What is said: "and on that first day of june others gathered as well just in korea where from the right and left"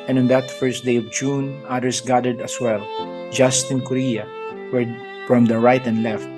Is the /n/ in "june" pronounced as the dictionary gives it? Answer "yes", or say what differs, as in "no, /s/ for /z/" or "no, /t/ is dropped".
yes